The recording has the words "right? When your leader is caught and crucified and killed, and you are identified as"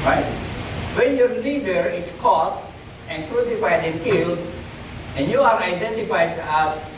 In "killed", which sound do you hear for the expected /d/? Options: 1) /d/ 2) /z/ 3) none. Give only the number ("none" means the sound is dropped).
3